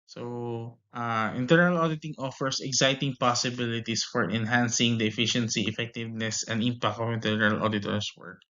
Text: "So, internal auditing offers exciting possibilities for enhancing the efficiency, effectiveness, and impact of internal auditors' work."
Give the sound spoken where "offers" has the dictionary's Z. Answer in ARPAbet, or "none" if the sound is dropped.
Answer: S